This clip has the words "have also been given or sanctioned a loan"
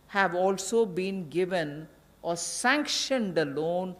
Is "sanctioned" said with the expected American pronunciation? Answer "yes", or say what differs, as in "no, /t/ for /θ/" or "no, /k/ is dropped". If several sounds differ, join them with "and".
yes